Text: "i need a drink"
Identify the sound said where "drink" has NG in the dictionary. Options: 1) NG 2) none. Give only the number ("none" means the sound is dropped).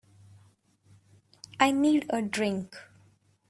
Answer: 1